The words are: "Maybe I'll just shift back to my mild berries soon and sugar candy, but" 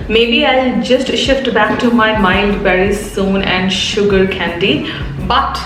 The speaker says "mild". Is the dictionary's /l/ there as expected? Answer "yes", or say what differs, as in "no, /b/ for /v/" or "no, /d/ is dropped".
no, /n/ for /l/